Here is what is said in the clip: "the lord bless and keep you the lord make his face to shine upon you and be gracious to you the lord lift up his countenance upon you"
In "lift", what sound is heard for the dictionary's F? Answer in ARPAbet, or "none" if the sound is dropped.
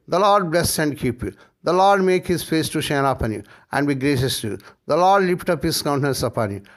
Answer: P